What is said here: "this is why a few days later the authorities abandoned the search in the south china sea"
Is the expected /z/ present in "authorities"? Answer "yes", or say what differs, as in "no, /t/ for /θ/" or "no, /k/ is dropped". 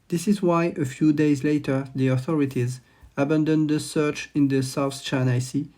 yes